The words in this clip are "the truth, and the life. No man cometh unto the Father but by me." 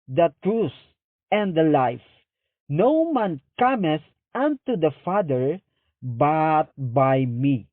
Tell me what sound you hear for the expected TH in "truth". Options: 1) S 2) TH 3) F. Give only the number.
1